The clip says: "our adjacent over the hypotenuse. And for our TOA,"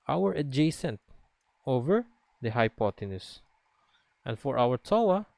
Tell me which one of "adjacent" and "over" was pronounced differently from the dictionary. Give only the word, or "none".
none